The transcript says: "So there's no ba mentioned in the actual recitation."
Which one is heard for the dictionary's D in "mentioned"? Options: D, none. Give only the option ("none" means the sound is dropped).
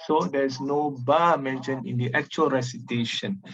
none